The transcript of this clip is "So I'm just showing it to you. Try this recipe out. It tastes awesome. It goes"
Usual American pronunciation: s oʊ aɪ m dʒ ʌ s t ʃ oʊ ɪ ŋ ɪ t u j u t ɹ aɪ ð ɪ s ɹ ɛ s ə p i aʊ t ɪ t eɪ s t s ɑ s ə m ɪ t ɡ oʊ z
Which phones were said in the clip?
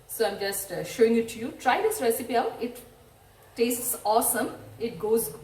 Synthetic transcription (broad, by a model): s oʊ aɪ m dʒ ʌ s t ʃ oʊ ɪ ŋ ɪ t u j u t ɹ aɪ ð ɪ s ɹ ɛ s ə p i aʊ t ɪ t eɪ s t s ɑ s ə m ɪ t ɡ oʊ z